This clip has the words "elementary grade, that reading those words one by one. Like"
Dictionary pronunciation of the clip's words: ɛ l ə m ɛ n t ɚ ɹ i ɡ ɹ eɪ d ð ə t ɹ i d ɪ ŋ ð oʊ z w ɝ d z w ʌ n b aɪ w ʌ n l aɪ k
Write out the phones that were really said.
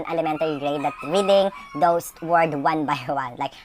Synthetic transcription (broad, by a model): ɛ l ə m ɛ n t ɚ ɹ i ɡ ɹ eɪ d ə t ɹ i d ɪ ŋ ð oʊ s w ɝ d w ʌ n b aɪ w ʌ n l aɪ k